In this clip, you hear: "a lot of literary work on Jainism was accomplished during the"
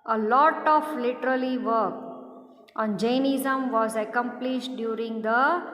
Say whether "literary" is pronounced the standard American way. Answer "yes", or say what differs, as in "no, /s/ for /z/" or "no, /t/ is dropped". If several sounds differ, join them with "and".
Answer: no, /l/ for /ɹ/